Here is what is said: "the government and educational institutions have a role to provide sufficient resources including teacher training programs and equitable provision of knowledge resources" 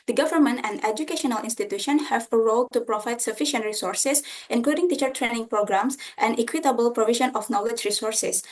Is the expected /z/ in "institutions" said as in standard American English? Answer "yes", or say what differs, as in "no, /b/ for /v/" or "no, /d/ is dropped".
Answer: no, /z/ is dropped